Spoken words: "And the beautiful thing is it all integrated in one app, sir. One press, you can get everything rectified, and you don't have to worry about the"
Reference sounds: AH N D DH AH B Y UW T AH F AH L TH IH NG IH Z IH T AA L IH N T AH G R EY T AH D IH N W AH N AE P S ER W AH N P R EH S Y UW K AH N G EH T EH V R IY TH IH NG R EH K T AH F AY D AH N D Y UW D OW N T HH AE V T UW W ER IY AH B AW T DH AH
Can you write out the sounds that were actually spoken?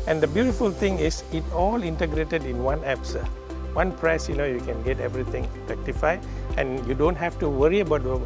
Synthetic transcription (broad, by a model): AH N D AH B Y UW T AH F AH L T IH NG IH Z IH T AA L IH N T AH G R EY T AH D IH N W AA N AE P S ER W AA N P R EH S Y UW K AH N G EH T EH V R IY T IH NG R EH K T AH F AY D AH N Y UW D OW N T HH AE F T UW W ER IY AH B AW T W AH